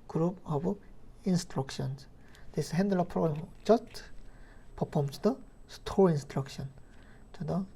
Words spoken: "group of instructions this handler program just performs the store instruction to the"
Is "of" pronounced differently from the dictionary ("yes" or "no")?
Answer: yes